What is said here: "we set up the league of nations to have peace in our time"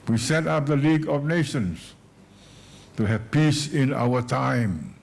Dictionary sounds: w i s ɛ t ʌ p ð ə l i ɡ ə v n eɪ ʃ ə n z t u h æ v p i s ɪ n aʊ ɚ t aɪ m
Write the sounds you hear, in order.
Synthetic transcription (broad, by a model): w i s ɛ t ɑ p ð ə l i ɡ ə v n eɪ ʃ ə n s t u h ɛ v p i s ɪ n aʊ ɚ t aɪ m